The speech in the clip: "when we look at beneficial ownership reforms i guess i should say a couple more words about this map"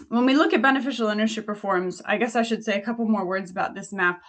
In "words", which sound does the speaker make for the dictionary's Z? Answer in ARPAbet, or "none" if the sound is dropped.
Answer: Z